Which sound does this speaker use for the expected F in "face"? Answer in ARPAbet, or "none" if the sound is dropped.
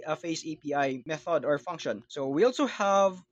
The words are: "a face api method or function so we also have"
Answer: F